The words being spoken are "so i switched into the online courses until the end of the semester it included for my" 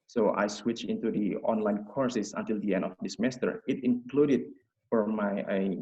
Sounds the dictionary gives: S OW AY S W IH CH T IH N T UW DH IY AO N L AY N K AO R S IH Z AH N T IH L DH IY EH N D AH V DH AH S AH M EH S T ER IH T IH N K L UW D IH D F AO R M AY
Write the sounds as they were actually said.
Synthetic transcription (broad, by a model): S OW AY S W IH CH IH N T UW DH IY AO N L AY N K AO R S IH S AH N T IH L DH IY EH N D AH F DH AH S M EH S T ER IH T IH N K L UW D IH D F AO R M AY